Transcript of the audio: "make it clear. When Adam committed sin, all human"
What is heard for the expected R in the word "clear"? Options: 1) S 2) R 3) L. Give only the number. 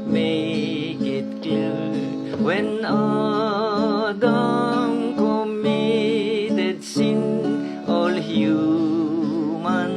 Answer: 3